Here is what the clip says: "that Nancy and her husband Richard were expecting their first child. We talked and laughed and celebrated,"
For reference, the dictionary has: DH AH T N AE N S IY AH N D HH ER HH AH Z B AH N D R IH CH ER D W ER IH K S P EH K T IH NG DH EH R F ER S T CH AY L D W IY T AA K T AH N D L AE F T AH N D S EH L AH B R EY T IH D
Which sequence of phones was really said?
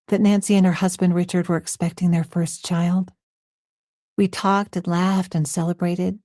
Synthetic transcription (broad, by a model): DH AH T N AE N S IY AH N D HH ER HH AH Z B AH N D R IH CH ER D W ER IH K S P EH K T IH NG DH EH R F ER S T CH AY L D W IY T AA K T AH N L AE F T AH N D S EH L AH B R EY T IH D